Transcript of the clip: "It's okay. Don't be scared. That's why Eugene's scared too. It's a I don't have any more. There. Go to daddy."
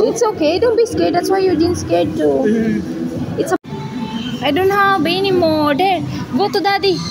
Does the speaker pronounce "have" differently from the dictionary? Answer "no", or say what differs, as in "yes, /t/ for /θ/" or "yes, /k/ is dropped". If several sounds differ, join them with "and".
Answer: yes, /b/ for /v/